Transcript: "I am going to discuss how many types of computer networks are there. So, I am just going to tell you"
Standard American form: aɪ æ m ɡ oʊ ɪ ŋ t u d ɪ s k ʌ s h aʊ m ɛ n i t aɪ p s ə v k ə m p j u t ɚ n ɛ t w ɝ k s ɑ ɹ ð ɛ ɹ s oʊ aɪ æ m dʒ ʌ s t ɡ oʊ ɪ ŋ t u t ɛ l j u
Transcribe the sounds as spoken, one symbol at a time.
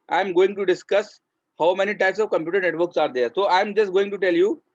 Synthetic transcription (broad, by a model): aɪ m ɡ oʊ ɪ ŋ t u d ɪ s k ʌ s h aʊ m ɛ n i t aɪ p s ə v k ə m p j u t ɚ n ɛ t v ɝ k s ɑ ɹ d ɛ ɹ s oʊ aɪ m dʒ ʌ s t ɡ oʊ ɪ ŋ t u t ɛ l j u